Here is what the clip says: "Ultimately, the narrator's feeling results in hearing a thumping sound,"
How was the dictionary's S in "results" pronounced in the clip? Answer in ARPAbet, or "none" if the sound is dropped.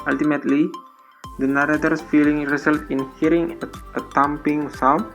none